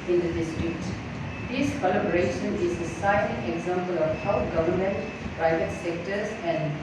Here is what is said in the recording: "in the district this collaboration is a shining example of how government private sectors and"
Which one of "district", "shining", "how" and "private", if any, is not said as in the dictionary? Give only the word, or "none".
shining